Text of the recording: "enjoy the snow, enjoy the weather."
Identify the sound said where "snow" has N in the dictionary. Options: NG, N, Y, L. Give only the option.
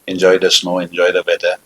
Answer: N